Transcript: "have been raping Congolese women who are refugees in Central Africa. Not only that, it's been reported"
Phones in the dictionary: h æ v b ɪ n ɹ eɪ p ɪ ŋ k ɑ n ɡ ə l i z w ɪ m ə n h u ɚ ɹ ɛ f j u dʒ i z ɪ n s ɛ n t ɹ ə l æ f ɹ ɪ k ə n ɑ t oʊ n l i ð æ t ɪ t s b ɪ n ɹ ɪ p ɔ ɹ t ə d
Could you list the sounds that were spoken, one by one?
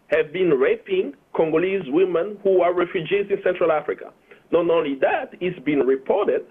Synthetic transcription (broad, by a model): h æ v b ɪ n ɹ eɪ p ɪ ŋ k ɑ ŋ ɡ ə l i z w ɪ m ə n h u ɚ ɹ ɛ f j u dʒ i z ɪ n s ɛ n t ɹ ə l æ f ɹ ɪ k ə n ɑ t oʊ n l i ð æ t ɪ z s b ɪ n ɹ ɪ p ɔ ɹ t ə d